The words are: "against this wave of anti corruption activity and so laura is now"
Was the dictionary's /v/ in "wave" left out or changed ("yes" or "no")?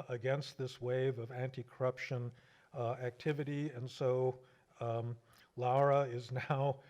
no